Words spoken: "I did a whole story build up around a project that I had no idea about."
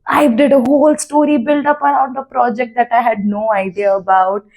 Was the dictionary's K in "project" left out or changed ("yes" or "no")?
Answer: no